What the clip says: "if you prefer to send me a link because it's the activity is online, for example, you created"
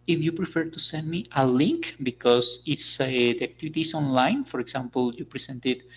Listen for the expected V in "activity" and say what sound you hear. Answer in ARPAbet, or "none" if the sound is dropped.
B